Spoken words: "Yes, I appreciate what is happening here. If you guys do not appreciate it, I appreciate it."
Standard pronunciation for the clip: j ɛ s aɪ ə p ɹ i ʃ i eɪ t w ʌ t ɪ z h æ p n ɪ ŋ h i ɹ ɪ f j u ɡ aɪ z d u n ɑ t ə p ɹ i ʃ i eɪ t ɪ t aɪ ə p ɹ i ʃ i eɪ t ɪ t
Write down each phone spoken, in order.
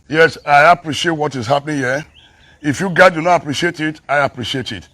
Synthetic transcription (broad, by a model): j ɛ s aɪ ə p ɹ i ʃ i eɪ t w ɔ t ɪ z h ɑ p n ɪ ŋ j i ɪ f j u ɡ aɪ d u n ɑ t ə p ɹ i ʃ i eɪ t ɪ t aɪ ə p ɹ i ʃ i eɪ t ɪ t